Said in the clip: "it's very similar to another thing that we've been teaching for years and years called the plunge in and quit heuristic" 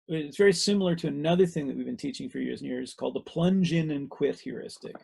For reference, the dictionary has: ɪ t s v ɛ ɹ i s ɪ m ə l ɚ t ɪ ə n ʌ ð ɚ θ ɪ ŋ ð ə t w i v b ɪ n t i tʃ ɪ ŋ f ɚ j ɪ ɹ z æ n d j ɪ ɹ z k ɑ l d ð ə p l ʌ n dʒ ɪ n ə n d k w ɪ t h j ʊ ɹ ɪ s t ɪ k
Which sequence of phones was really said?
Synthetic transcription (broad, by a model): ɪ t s v ɛ ɹ i s ɪ m l ɚ t ɪ ə n ʌ ð ɚ θ ɪ ŋ ð ə t w i v b ɪ n t i tʃ ɪ ŋ f ɚ j ɪ ɹ z n j ɪ ɹ z k ɑ l d ð ə p l ʌ n dʒ ɪ n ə n k w ɪ t h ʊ ɹ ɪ s t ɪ k